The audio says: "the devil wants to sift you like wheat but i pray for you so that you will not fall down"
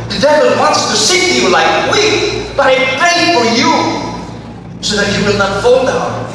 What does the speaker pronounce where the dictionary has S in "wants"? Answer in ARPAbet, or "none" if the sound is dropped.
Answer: S